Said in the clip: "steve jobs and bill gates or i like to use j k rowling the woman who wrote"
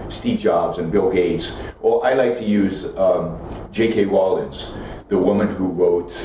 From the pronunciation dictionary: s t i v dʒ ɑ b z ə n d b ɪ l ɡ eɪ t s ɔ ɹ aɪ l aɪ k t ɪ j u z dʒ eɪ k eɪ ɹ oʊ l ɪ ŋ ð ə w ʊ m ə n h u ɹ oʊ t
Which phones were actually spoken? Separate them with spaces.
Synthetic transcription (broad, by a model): s t i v dʒ ɑ b z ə n b ɪ l ɡ eɪ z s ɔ l aɪ l aɪ k t ɪ j u z dʒ eɪ k eɪ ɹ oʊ l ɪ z ð ə w ʊ m ə n h u ɹ oʊ t